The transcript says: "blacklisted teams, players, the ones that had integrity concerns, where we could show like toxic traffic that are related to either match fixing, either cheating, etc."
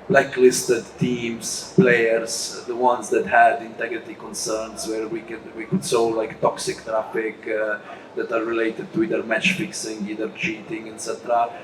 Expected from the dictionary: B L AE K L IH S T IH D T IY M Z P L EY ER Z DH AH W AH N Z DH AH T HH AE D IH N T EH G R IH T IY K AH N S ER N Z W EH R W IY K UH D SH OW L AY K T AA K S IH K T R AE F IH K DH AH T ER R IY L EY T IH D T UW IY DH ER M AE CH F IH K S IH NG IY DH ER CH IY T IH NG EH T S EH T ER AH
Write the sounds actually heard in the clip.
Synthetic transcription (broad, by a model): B L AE K L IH S T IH D T IY M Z P L EY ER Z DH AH W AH N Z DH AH T HH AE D IH N T EH G R IH T IY K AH N S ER N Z W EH R W IY K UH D S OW L AY K T AA K S IH K T R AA F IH K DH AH T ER R IY L EY T IH D T UW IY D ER M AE CH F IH K S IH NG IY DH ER CH IY T IH NG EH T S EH T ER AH